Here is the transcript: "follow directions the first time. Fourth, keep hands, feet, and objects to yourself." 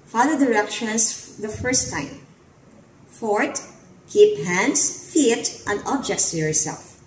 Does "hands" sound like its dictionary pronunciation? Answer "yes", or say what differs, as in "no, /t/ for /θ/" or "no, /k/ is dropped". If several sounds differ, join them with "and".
no, /s/ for /z/